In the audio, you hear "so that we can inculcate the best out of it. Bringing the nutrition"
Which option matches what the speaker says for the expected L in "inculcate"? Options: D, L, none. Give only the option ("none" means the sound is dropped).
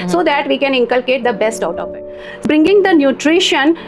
L